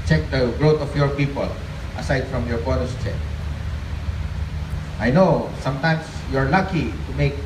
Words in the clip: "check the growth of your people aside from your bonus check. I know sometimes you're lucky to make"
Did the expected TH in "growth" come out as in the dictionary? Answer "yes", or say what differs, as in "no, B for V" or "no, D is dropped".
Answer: no, T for TH